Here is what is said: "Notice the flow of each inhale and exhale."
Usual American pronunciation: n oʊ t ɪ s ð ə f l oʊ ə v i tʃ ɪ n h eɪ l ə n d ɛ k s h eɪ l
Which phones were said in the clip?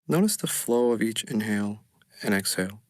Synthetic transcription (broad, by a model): n oʊ t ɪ s ð ə f l oʊ ə v i tʃ ɪ n h eɪ l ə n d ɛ k s h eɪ l